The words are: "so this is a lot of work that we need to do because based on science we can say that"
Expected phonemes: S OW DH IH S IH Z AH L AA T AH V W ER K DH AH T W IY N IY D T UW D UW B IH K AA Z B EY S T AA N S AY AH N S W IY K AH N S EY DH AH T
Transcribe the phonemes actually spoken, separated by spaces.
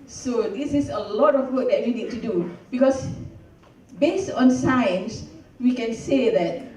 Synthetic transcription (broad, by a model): S OW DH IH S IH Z AH L AA T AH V W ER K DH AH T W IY N IY D T UW D UW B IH K AA S B EY S T AA N S AY AH N S W IY K AH N S EY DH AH T